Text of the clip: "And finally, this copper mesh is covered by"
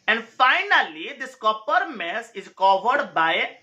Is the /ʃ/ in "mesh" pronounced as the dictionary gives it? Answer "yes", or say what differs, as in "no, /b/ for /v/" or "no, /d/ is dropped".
no, /s/ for /ʃ/